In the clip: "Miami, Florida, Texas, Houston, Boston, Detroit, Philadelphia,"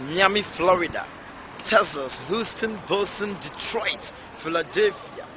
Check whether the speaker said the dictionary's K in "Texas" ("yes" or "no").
no